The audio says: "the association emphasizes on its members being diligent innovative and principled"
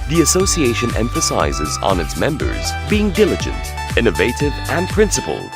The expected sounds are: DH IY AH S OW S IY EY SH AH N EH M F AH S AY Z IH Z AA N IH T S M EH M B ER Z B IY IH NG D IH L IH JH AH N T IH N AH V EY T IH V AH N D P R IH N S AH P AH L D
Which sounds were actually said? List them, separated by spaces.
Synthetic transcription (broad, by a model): DH IY AH S OW S IY EY SH AH N EH M F AH S AY Z IH Z N IH T S M EH M B ER Z B IY IH NG D IH L IH JH AH N T IH N AH V EY T IH V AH N P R IH N S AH P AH L